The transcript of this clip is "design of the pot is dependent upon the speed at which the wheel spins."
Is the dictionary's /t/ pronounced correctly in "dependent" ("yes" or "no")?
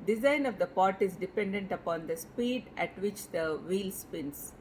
yes